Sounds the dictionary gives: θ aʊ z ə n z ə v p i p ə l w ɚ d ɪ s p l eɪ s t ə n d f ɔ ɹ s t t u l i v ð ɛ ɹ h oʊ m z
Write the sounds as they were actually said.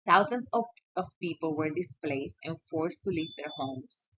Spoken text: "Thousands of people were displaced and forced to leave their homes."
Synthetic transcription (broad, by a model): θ aʊ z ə n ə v p i p ə l w ɚ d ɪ s p l eɪ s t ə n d f ɔ ɹ s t t u l i v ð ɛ ɹ h oʊ m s